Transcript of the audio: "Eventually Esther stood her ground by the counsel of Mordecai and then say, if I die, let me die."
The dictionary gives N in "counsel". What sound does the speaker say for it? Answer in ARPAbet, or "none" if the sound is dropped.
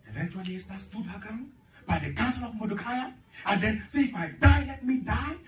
none